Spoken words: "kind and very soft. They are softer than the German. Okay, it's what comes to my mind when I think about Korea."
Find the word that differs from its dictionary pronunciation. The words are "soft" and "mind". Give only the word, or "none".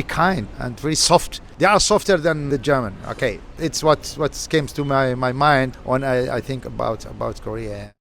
none